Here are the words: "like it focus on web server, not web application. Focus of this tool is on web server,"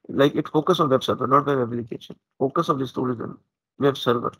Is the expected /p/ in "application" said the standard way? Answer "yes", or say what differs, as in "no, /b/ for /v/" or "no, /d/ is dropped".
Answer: no, /p/ is dropped